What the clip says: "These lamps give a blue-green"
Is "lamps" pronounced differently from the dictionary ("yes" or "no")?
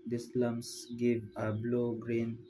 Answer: yes